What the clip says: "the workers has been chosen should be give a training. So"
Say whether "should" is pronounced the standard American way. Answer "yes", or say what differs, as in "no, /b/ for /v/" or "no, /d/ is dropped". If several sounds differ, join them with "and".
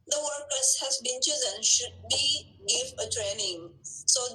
yes